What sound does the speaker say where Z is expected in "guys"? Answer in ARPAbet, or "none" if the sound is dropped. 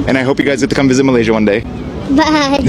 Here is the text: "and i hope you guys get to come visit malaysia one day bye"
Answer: Z